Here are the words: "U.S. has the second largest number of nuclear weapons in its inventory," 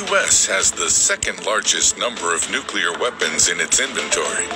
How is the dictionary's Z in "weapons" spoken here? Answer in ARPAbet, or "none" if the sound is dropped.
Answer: Z